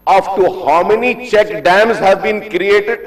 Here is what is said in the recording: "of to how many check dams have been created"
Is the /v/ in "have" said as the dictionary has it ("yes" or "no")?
yes